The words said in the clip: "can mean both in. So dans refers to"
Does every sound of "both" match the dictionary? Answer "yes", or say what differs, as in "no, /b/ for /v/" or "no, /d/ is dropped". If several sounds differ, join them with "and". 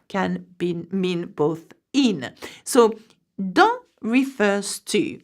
yes